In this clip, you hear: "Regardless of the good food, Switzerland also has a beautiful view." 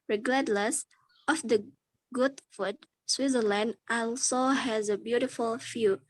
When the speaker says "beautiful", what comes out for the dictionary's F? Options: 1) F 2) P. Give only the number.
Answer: 1